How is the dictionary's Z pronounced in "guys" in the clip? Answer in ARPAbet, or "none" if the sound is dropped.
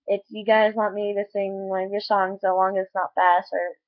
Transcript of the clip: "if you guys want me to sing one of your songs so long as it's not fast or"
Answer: Z